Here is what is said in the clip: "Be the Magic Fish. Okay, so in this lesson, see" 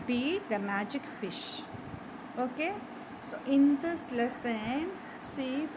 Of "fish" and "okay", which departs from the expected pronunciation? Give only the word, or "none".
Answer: none